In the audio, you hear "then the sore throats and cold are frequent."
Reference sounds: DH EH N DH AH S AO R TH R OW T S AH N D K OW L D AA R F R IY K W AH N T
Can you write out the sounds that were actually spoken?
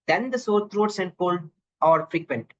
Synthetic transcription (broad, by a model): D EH N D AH S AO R T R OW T S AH N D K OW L AA R F R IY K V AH N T